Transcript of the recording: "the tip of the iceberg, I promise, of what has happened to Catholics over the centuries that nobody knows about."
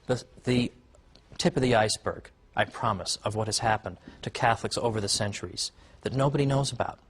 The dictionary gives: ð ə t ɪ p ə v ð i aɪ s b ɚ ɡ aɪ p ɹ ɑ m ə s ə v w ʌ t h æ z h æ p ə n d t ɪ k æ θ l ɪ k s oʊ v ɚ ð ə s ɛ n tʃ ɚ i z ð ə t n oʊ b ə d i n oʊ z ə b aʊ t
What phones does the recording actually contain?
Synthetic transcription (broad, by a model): ð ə t ɪ p ə v ð i aɪ s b ɚ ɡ aɪ p ɹ ɑ m ə s ə v w ʌ t h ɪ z h æ p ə n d t ɪ k æ θ l ɪ k s oʊ v ɚ ð ə s ɛ n tʃ ɚ i z ð ə t n oʊ b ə d i n oʊ z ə b aʊ t